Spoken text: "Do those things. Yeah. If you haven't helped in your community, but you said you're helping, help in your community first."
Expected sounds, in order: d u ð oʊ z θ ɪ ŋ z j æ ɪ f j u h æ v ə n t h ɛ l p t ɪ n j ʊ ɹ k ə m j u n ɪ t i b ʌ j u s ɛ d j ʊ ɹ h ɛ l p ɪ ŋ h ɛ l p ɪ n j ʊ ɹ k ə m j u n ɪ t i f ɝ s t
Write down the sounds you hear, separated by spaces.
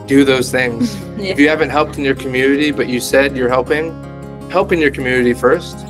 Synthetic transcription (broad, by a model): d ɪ ð oʊ z θ ɪ ŋ z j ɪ h æ v ə n t h ɛ l p t ɪ n j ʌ ɹ k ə m j u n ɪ t i b ʌ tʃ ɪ s ɛ d j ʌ ɹ h ɛ l p ɪ ŋ h ɛ l p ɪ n j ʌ ɹ k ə m j u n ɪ t i f ɝ s t